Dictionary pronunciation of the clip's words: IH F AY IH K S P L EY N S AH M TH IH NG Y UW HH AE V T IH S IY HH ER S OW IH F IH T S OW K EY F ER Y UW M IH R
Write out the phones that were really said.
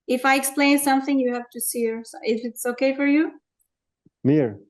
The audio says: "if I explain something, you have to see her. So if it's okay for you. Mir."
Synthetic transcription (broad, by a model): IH F AY IH K S P L EY N S AH M TH IH NG Y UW HH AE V T IH S IY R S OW IH F IH T S OW K EY F ER Y UW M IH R